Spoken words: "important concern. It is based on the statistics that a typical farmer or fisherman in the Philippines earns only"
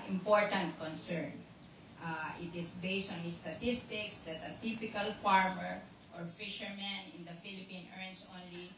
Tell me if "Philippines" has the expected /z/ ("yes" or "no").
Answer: no